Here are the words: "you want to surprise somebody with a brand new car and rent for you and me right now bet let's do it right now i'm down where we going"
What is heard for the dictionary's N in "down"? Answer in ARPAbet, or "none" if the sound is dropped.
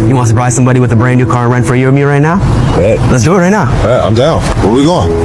L